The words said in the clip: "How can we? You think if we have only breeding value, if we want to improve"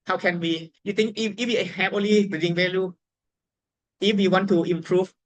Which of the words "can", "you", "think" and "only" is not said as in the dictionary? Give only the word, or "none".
think